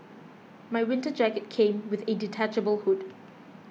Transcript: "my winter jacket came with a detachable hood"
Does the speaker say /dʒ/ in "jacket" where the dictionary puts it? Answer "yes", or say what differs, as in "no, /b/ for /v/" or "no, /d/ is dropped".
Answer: yes